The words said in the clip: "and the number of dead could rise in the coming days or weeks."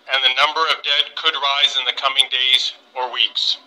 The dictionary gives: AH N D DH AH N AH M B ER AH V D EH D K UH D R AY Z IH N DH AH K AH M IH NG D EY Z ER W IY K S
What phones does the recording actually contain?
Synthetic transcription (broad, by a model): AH N DH AH N AH M B ER AH V D EH D K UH D R AY Z IH N DH AH K AH M IH NG D EY Z ER W IY K S